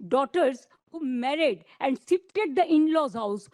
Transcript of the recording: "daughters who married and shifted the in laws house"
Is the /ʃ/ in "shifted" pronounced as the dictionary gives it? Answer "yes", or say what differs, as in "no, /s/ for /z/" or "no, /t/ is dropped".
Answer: no, /s/ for /ʃ/